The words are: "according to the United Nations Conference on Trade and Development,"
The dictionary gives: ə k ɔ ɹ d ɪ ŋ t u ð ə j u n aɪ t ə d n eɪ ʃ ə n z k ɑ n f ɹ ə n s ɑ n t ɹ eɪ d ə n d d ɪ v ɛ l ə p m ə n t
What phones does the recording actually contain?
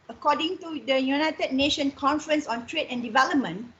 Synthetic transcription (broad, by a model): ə k ɔ d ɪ ŋ t u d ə j u n aɪ t ə d n eɪ ʃ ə n k ɑ n f ɹ ə n s ɑ n t ɹ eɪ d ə n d d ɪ v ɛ l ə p m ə n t